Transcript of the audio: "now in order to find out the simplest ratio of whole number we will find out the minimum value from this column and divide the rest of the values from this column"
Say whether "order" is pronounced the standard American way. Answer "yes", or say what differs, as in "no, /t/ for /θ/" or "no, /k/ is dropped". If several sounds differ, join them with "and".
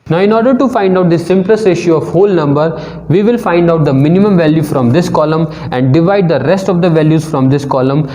yes